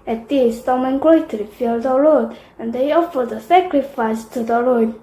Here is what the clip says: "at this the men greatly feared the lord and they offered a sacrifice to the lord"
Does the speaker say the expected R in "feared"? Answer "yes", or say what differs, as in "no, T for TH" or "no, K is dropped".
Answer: no, L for R